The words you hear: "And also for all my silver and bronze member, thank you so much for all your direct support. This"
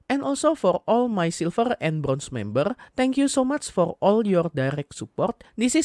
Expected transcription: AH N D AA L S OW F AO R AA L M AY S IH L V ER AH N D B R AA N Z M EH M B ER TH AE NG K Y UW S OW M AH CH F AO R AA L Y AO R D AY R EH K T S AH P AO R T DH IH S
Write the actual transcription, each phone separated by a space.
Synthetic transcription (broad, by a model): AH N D AA L S OW F AO R AA L M AY S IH L F ER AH N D B R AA N S M EH M B ER T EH NG K Y UW S OW M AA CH F AO R AA L Y AO R D AY R EH K T S AH P AO R T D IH S